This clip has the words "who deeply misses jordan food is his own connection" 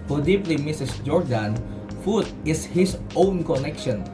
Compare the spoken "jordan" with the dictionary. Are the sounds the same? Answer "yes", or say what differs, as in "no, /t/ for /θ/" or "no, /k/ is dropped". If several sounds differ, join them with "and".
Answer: yes